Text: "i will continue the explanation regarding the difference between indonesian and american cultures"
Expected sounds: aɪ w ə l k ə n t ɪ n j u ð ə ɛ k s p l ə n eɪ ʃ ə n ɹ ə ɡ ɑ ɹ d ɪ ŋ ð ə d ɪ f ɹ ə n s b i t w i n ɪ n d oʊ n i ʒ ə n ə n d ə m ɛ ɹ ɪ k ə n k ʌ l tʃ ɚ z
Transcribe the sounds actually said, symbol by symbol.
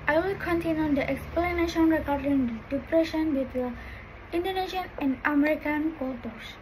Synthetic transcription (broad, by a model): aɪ w ə l k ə n t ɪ n j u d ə ɛ k s p l ə n eɪ ʃ ə n ɹ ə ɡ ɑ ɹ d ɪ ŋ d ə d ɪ p ɹ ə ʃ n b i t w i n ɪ n d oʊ n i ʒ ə n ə n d ə m ɛ ɹ ɪ k ə n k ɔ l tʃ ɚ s